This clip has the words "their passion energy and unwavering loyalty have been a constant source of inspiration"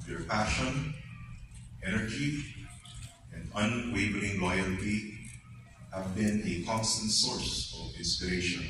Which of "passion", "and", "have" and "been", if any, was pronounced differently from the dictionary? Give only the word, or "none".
none